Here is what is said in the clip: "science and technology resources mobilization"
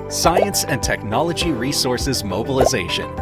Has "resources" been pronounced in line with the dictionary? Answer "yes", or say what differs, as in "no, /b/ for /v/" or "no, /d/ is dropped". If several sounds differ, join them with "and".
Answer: yes